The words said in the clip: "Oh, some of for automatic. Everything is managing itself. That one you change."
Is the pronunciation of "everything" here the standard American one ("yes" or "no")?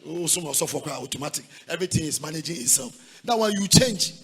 no